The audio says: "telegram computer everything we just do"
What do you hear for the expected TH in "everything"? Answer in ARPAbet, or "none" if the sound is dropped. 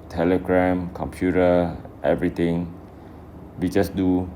T